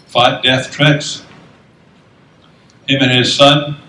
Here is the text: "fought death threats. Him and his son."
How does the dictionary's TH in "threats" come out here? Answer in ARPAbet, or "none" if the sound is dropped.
T